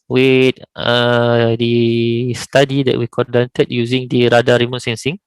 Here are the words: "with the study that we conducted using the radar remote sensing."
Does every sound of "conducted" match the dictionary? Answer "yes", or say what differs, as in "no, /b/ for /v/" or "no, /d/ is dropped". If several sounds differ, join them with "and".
no, /n/ is dropped